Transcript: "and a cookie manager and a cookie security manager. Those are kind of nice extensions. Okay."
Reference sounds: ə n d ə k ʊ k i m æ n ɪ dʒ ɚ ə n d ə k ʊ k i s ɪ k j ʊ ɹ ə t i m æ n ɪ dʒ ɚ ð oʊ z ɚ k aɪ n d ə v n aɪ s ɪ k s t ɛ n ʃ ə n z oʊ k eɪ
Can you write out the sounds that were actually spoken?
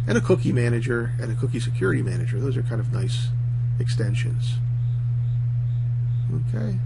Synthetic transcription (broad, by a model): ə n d ə k ʊ k i m æ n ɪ dʒ ɚ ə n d ə k ʊ k i s ɪ k j ʊ ɹ ə t i m æ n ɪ dʒ ɚ ð oʊ z ɚ k aɪ n d ə v n aɪ s ɪ k s t ɛ n ʃ ə n z oʊ k eɪ